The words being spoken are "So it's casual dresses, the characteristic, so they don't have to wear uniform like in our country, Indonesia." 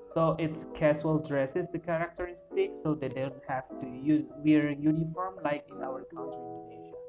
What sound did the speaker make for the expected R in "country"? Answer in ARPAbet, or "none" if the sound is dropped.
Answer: none